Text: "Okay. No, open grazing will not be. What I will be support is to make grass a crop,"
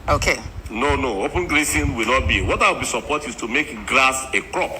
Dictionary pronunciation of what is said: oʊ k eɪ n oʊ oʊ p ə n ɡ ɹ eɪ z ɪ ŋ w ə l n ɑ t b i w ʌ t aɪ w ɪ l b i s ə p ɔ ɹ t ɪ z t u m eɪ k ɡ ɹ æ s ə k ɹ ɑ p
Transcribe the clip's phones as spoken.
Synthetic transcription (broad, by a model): oʊ k eɪ n oʊ oʊ p ə n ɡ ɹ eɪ s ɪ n w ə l n ɑ t b i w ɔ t aɪ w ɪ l b i s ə p ɔ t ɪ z t u m eɪ k ɡ ɹ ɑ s ə k ɹ ɑ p